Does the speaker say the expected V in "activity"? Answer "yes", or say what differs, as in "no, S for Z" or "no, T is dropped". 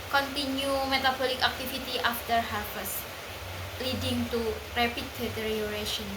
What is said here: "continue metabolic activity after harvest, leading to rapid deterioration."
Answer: no, F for V